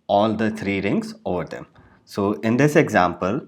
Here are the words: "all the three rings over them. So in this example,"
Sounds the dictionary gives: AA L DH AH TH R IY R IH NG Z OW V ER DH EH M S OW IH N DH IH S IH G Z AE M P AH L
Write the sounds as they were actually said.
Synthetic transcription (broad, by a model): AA L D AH T R IY R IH NG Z OW V ER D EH M S OW IH N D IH S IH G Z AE M P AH L